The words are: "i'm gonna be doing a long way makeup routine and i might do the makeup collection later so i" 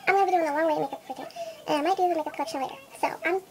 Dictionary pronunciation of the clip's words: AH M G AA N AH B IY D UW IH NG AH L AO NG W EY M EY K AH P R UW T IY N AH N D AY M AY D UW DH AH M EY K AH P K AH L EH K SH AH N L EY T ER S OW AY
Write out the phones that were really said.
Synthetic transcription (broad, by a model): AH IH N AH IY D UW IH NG AH W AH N W EY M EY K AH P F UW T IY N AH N AY M AY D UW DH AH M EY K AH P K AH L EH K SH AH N L EY T ER S OW AY